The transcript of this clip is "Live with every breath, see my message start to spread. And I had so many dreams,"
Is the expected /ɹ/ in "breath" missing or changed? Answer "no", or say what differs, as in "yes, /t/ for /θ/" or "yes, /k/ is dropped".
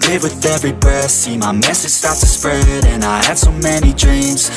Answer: yes, /ɹ/ is dropped